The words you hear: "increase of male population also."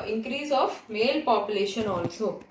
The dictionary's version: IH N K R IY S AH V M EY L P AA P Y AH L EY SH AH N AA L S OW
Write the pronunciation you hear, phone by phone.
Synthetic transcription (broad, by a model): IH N K R IY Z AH F M EY L P AA P Y AH L EY SH AH N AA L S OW